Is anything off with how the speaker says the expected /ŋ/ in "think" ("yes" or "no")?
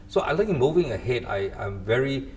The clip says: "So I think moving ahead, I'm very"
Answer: yes